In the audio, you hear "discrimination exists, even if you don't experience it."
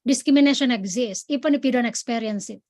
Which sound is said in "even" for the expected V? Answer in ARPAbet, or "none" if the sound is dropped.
P